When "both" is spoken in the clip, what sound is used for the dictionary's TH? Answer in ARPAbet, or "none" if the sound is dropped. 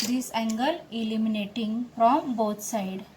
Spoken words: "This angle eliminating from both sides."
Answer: T